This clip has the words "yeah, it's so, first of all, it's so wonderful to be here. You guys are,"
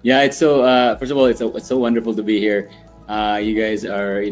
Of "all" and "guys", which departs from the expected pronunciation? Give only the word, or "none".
none